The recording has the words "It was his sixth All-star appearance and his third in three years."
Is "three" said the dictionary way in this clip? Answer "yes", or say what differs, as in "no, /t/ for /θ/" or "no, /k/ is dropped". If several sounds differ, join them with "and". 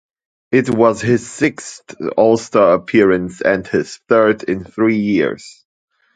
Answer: yes